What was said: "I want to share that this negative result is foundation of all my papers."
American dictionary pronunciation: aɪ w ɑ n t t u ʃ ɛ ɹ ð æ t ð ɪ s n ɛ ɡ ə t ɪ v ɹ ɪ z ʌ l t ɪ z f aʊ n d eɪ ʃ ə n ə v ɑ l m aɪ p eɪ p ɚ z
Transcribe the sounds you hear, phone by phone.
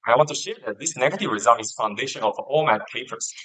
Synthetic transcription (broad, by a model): aɪ w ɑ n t t u ʃ ɛ ɹ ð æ t ð ɪ s n ɛ ɡ ə t ɪ v ɹ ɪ z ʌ l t ɪ z f aʊ n d eɪ ʃ ə n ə f ɑ l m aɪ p eɪ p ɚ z